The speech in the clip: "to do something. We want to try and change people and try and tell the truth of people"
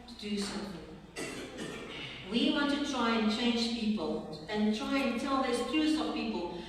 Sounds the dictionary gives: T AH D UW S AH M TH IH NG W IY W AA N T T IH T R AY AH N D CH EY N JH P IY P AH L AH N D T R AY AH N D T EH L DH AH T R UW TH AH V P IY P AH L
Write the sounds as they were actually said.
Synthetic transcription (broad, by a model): T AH D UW S AH M TH IH NG W IY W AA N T T IH T R AY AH N CH EY N JH P IY P AH L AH N T R AY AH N T EH L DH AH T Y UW S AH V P IY P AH L